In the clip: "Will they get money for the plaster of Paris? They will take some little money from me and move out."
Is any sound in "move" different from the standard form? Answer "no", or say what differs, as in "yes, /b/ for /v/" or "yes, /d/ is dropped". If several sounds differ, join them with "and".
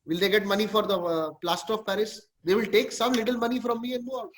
yes, /v/ is dropped